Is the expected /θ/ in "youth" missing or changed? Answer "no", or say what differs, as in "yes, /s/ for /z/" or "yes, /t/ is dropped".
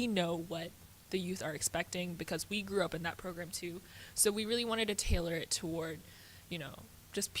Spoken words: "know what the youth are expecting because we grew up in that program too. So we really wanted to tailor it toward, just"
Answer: no